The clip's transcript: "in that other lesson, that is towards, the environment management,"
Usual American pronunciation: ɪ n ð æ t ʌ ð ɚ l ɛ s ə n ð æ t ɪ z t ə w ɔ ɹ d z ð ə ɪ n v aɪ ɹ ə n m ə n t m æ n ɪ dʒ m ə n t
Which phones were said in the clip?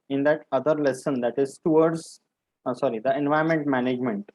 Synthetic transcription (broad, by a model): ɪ n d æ t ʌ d ɚ l ɛ s ə n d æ t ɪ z t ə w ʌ ɹ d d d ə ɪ n v aɪ ə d m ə n t m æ n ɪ dʒ m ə n t